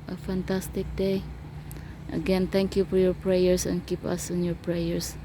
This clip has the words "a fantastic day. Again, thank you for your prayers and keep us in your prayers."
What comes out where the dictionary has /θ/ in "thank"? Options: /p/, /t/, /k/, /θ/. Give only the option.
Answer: /t/